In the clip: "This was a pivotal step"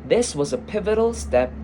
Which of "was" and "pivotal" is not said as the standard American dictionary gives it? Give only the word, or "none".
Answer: none